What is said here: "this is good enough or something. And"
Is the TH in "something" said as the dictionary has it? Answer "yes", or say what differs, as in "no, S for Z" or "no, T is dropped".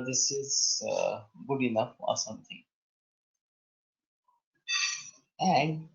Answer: no, T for TH